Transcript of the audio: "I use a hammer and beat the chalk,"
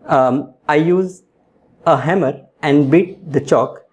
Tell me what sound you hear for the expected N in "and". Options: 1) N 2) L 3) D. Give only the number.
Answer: 1